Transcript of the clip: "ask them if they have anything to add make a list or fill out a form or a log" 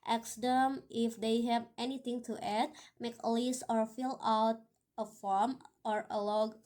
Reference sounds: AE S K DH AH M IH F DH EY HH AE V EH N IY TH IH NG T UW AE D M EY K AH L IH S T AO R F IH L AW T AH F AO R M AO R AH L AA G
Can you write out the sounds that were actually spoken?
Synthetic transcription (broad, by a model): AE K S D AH M IH F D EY HH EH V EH N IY T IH NG T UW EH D M EY K AH L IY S AO R F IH L AW T AH F AO R M AO R AH L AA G